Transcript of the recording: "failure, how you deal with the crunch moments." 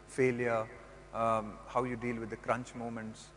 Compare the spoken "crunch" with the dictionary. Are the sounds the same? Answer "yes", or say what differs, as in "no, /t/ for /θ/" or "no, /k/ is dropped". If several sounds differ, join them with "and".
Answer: yes